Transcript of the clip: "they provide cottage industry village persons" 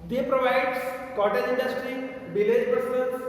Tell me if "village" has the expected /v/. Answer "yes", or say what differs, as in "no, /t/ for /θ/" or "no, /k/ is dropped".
no, /b/ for /v/